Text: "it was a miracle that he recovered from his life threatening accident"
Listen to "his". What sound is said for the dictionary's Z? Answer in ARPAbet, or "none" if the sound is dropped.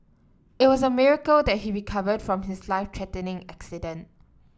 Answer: S